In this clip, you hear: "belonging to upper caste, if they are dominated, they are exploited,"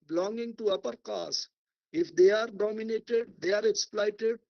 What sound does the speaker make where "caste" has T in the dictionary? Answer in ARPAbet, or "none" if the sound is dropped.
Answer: none